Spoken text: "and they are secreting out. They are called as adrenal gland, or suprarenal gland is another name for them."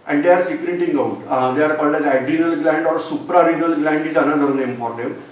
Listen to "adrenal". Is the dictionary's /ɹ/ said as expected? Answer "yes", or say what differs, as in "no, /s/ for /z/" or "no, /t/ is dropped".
no, /ɹ/ is dropped